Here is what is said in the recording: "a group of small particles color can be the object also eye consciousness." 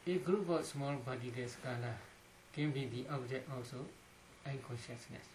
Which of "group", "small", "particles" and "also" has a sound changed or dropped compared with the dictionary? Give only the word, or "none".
particles